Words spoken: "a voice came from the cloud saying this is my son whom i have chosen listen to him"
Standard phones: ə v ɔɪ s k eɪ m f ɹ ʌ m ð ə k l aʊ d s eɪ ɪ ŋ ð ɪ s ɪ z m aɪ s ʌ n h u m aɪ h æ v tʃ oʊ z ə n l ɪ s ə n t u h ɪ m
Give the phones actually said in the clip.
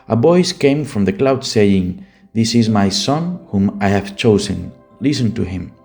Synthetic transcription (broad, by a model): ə b ɔɪ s k eɪ m f ɹ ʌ m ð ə k l aʊ d s eɪ ɪ ŋ ð ɪ s ɪ z m aɪ s ʌ n h u m aɪ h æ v tʃ oʊ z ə n l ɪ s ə n t u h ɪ m